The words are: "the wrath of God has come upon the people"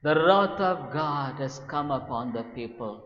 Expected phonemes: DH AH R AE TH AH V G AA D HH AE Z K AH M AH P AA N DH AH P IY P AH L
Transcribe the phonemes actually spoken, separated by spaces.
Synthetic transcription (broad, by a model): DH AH R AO T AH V G AA D HH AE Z K AH M AH P AA N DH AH P IY P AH L